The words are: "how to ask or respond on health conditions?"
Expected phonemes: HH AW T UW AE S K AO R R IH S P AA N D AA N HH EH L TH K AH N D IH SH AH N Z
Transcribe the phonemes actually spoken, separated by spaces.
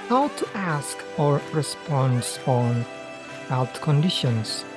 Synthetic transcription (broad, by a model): HH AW T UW AE S K AO R R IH S P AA N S AA N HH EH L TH K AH N D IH SH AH N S